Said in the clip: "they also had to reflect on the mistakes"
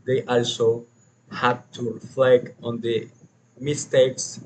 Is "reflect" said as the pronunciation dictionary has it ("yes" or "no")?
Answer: no